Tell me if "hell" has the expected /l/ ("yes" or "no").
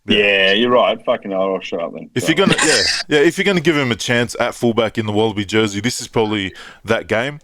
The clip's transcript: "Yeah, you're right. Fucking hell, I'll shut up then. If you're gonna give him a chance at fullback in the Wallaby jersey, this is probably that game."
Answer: no